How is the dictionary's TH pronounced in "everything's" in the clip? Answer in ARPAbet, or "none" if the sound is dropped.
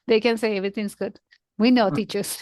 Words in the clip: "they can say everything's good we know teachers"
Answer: T